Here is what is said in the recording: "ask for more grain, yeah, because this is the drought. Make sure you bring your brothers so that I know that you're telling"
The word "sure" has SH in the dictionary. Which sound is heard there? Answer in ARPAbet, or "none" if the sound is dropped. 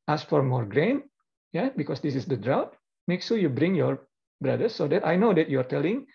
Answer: S